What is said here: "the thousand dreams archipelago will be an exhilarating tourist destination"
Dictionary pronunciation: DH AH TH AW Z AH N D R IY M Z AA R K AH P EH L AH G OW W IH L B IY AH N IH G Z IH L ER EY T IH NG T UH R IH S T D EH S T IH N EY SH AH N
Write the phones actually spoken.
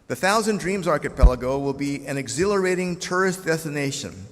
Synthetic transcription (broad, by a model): DH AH TH AW Z AH N D R IY M Z AA R K AH P EH L AH G OW W IH L B IY AH N IH G Z IH L ER EY T IH NG T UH R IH S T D EH S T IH N EY SH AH N